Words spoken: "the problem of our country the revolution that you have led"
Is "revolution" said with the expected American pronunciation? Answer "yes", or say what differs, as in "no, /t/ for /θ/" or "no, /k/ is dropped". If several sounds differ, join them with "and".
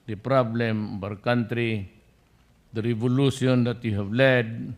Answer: no, /s/ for /ʃ/